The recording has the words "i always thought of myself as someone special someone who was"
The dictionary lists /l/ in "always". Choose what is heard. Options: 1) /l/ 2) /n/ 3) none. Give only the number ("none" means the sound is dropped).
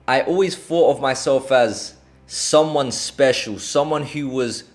1